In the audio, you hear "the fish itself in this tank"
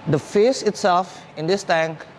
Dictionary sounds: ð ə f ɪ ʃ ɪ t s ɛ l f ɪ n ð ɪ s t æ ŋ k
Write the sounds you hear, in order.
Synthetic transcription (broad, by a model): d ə f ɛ s ɪ t s ɛ l f ɪ n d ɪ s t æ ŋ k